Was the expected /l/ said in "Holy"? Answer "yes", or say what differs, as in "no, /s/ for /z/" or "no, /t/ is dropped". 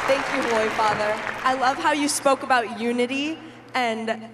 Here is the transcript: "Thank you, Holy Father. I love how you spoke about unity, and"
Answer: no, /l/ is dropped